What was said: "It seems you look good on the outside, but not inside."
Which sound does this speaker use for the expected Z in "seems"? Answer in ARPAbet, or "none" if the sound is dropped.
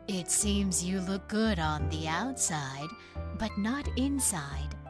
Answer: Z